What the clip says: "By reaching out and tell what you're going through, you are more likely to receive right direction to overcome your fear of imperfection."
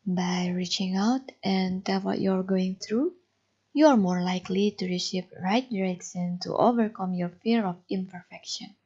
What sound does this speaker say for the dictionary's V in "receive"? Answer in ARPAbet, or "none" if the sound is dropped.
P